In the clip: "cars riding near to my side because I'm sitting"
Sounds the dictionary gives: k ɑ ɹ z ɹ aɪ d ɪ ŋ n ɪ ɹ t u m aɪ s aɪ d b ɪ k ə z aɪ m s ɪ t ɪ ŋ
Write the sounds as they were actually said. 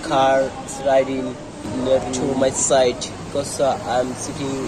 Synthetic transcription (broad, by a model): k ɑ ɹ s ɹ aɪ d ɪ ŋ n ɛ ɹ t u m aɪ s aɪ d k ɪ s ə aɪ m s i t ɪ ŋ